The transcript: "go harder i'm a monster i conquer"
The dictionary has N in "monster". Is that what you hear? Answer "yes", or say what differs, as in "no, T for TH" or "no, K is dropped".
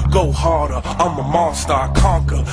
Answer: no, N is dropped